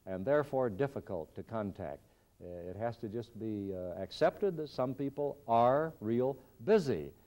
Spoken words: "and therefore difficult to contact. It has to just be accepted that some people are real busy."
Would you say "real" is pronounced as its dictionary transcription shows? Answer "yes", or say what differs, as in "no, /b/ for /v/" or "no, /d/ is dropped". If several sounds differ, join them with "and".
yes